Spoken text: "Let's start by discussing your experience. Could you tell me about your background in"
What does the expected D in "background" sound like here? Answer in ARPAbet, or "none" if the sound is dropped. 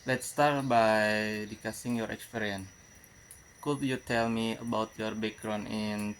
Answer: none